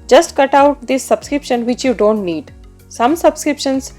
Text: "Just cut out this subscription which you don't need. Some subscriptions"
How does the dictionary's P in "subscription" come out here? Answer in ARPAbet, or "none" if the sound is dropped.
P